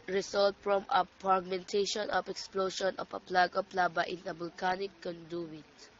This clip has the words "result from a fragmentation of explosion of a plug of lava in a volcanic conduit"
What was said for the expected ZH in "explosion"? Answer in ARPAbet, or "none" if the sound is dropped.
SH